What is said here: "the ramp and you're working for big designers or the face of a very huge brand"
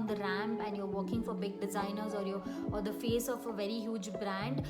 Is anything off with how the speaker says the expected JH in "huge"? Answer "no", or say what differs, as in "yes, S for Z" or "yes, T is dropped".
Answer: no